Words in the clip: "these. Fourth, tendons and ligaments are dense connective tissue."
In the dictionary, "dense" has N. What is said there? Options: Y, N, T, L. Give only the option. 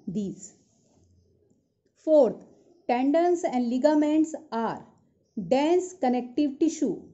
N